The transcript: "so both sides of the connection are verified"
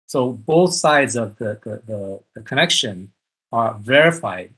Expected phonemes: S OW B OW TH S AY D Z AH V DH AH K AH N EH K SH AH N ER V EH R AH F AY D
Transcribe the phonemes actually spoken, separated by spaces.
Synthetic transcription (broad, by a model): S OW B OW TH S AY D Z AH V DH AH K AH N EH K SH AH N ER V EH R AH F AY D